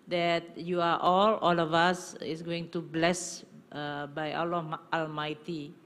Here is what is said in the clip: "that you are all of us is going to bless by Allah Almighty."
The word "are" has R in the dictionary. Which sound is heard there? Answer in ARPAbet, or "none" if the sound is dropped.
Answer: L